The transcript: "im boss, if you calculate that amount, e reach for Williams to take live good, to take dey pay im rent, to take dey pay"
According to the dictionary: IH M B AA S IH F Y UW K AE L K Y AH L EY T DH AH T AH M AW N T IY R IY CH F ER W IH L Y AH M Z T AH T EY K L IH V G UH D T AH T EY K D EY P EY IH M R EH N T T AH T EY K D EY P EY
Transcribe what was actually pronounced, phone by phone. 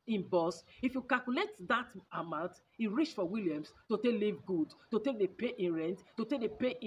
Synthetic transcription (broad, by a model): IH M B AA S IH F Y UW K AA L K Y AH L EY T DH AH T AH M AW N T IY R IY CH F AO W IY L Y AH M S T AH T EY K L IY V G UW D T AH T EY K D EY P EY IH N R EH N T T AH T EY K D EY P EY